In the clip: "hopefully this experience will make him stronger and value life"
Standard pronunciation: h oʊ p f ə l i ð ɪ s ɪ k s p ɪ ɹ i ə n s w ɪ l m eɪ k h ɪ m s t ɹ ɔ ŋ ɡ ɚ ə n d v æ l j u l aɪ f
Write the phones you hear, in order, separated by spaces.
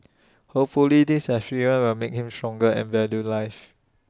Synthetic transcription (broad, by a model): h oʊ p f ə l i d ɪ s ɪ s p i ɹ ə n w ɪ l m eɪ k h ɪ m s t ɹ ɔ ŋ ɡ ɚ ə n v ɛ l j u l aɪ f